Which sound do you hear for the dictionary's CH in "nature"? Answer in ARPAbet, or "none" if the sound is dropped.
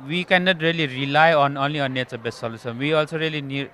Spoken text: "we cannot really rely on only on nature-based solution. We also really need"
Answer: S